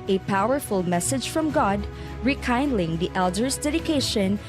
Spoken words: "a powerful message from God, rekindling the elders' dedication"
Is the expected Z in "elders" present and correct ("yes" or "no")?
no